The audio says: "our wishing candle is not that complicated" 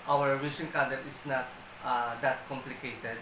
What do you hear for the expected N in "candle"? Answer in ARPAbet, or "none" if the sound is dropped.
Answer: none